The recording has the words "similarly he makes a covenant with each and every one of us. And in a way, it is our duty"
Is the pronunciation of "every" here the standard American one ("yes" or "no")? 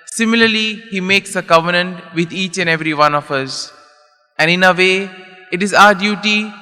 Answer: yes